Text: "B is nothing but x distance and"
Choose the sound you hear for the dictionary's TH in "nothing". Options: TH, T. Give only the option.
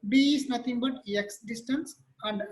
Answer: T